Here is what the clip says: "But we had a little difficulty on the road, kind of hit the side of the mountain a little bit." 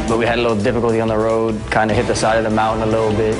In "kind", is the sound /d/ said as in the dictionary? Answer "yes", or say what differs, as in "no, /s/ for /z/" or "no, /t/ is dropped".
yes